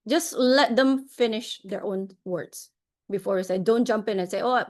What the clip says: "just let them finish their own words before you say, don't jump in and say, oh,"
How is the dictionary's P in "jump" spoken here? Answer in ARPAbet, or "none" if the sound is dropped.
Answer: P